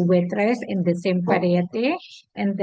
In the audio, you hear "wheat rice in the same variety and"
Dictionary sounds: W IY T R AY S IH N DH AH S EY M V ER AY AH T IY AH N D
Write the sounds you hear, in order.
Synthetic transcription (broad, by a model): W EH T R AY S IH N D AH S EY M P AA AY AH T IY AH N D